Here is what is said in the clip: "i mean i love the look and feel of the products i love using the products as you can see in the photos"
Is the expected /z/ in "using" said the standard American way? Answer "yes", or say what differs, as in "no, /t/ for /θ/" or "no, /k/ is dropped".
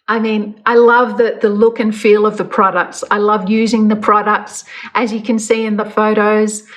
yes